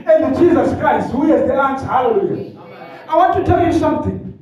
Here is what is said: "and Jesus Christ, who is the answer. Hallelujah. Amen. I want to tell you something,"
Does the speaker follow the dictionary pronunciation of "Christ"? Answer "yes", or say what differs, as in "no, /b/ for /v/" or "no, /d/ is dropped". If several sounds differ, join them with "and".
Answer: yes